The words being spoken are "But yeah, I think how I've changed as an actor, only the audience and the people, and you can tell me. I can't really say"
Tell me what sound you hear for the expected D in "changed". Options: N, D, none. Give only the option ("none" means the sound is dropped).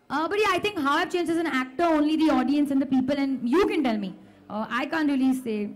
none